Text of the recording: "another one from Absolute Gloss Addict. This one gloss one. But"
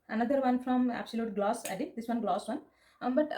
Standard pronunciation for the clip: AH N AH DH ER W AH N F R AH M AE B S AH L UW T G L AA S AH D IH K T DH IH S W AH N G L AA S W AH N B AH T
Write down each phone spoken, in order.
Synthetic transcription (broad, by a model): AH N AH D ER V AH N F R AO M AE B S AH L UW T G L AA S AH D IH T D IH S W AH N G L AA S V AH N B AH T